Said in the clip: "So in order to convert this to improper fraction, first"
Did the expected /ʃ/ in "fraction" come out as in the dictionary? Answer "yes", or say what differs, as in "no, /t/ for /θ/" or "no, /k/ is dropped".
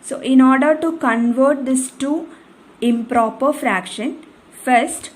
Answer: yes